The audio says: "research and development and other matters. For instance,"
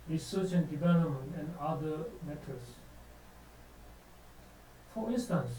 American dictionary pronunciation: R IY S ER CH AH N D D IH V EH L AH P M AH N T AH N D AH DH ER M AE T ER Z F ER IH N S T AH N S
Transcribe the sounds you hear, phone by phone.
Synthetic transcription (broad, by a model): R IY S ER CH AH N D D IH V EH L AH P M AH N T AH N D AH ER M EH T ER S F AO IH N S T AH N S